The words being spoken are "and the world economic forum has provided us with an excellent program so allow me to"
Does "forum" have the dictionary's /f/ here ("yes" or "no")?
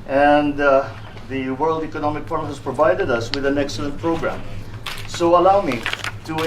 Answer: no